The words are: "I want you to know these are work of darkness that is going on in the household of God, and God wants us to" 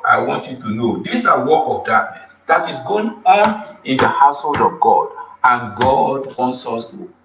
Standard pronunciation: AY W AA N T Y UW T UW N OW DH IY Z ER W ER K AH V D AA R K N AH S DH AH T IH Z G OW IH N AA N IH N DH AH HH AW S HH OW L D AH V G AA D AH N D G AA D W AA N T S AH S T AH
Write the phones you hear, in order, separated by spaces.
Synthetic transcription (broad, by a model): AY W AA N T Y UW T UW N OW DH IY S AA W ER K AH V D AA K N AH S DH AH T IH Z G OW IH N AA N IH N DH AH HH AW S HH OW L D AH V G AA D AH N G AA D W AA N T S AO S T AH